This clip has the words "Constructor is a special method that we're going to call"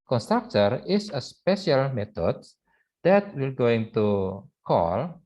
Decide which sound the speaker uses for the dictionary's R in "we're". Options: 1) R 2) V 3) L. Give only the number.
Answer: 3